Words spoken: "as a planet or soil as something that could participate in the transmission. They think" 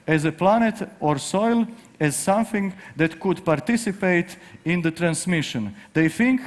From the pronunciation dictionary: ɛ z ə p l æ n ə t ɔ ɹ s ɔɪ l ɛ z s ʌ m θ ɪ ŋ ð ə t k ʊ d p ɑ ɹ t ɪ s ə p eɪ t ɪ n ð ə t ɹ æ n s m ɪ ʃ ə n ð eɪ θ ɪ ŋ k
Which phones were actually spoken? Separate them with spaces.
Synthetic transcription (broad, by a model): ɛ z ə p l æ n ə t ɔ ɹ s ɔɪ l ɛ z s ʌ m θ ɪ ŋ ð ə t k ʊ d p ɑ ɹ t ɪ s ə p eɪ t ɪ n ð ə t ɹ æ n s m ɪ ʃ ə n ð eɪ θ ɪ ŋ k